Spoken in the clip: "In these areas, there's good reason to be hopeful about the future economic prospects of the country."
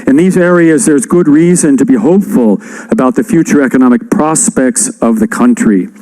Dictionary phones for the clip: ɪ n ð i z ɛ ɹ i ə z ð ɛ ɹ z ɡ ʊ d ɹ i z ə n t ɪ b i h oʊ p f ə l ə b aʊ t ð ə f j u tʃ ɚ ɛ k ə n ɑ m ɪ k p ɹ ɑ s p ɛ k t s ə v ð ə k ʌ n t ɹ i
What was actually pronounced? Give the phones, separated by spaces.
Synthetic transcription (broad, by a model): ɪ n ð i z ɛ ɹ i ə z ð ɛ ɹ z ɡ ʊ d ɹ i z ə n t ɪ b i h oʊ p f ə l ə b aʊ t ð ə f j u tʃ ɚ ɛ k ə n ɑ m ɪ k p ɹ ɑ s p ɛ k t s ə v ð ə k ʌ n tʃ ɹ i